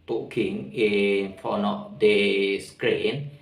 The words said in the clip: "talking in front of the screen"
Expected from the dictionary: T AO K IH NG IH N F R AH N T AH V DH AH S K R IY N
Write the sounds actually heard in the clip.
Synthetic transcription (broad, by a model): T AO K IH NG IH N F AO N AH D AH S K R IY N